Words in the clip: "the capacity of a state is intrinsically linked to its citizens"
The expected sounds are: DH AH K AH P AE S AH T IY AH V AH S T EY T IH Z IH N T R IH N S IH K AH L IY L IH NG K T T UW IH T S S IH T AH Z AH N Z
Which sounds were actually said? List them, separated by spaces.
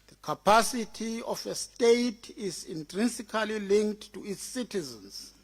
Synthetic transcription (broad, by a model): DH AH K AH P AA S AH T IY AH F AH S T EY T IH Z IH N T R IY N S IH K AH L IY L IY NG K T T UW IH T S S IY T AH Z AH N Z